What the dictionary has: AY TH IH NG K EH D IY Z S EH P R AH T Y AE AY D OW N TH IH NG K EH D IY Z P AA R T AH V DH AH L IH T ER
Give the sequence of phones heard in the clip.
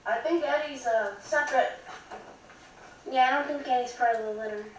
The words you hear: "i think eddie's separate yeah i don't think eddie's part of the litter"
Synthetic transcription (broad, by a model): AY TH IH NG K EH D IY Z S EH P R AH T Y AE AY D OW N TH IH NG K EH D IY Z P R AH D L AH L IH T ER